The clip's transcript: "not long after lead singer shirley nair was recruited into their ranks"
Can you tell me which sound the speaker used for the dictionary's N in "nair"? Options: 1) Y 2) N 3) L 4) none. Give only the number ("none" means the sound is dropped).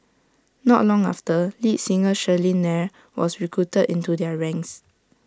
2